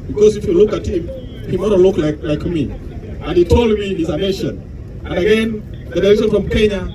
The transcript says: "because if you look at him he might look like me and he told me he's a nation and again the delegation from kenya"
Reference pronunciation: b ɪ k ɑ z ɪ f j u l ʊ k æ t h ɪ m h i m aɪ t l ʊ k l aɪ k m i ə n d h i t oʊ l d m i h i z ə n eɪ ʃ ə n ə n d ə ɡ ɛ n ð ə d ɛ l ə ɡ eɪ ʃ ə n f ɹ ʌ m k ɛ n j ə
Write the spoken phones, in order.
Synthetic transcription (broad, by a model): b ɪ k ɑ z ɪ f j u l ʊ k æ t h ɪ m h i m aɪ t l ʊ k l aɪ k m i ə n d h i t oʊ l d m i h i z ə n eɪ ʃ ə n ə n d ə ɡ ɛ n ð ə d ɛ ə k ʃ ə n f ɹ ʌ m k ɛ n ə